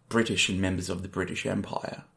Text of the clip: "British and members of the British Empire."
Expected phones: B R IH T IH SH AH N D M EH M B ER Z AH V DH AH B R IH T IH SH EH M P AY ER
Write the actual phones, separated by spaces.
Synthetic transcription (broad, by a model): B R IH T IH SH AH N M EH M B ER Z AH V DH AH B R IH T IH SH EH M P AY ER